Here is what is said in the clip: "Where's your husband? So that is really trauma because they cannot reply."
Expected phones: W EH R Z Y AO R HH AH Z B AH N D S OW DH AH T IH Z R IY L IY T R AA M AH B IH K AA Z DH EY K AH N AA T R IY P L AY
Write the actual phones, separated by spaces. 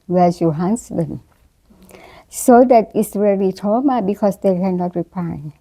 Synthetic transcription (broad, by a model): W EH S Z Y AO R HH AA S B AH N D S OW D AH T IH S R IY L IY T AA M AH B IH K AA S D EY K AH N AA T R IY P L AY